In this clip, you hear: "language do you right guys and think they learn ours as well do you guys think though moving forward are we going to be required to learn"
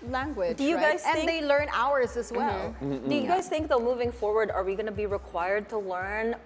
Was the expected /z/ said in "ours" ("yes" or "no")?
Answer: yes